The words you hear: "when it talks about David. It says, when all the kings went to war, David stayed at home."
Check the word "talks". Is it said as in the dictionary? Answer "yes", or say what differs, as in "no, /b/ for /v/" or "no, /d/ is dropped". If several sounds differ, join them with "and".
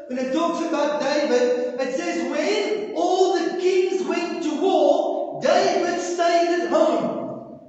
yes